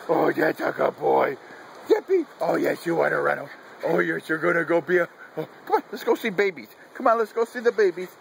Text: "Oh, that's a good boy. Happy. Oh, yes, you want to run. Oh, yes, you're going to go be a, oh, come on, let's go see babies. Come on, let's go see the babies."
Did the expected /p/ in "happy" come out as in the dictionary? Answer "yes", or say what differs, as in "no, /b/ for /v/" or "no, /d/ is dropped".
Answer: no, /b/ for /p/